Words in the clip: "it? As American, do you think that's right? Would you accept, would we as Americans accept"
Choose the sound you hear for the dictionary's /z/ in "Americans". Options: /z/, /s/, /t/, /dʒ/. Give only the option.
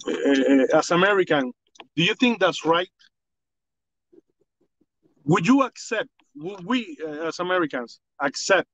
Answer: /s/